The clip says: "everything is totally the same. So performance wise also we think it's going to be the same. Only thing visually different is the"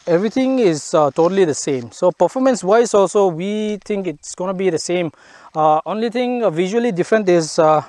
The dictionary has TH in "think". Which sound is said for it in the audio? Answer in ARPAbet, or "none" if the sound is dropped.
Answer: T